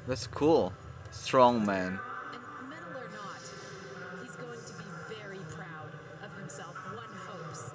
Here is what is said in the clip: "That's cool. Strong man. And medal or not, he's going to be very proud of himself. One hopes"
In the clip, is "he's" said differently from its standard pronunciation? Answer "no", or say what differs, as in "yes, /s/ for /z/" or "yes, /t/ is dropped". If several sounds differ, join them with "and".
no